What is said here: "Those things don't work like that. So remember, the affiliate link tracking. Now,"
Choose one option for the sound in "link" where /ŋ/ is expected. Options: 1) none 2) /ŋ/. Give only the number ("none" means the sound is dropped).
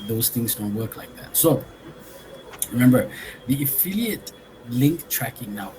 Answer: 2